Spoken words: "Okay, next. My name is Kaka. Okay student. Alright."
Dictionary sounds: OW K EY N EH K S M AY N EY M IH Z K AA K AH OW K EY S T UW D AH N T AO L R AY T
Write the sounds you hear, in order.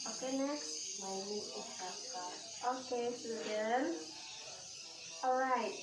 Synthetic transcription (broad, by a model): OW K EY N EH K S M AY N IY IH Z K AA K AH OW K EY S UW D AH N AO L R AY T